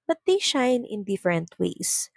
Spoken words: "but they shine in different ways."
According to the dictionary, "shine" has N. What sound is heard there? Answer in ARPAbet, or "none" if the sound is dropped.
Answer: N